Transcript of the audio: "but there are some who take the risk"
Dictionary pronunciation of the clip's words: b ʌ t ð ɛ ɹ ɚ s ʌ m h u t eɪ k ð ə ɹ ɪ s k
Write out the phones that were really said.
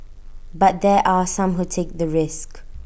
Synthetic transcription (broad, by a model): b ʌ t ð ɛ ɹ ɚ s ʌ m h u t eɪ k ð ə ɹ ɪ s k